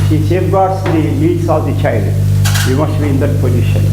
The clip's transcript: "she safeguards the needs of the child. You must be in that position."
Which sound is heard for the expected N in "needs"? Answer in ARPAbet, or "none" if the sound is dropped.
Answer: L